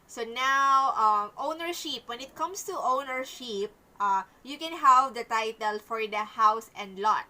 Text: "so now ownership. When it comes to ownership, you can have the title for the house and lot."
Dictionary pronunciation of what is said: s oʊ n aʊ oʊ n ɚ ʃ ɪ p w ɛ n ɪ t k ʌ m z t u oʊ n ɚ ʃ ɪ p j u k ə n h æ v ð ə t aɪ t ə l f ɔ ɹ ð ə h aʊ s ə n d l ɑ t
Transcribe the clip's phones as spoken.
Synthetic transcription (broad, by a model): s oʊ n aʊ oʊ n ɚ ʃ ɪ p w ɛ n ɪ t k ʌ m s t u oʊ n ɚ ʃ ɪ p j u k ə n h æ v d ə t aɪ t ə l f ɔ ɹ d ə h aʊ s ə n d l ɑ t